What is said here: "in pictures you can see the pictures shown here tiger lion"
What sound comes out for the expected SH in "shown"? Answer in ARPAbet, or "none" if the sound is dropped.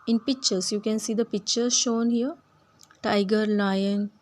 SH